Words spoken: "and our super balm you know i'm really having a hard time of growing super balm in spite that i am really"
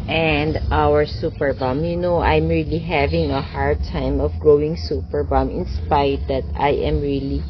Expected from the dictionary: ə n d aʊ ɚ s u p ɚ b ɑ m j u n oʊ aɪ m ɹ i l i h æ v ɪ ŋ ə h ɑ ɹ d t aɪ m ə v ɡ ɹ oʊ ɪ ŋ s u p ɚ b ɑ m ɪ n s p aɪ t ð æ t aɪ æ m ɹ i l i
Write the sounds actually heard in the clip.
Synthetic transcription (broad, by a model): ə n d aʊ ɚ s u p ɚ b ɑ m j u n oʊ aɪ m ɹ i l i h æ v ɪ ŋ ə h ɑ ɹ d t aɪ m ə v ɡ ɹ oʊ ɪ ŋ s u p ɚ b ɑ m ɪ n s p aɪ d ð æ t aɪ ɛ m ɹ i l i